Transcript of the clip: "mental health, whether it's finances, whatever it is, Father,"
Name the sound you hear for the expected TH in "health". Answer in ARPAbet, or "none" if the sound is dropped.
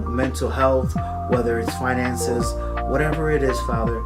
TH